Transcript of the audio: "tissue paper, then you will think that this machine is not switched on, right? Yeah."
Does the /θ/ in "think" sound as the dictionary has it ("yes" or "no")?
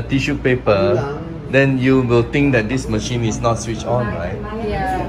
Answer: no